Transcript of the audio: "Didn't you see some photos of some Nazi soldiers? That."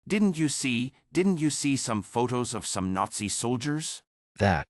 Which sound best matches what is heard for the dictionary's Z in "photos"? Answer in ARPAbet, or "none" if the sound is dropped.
Z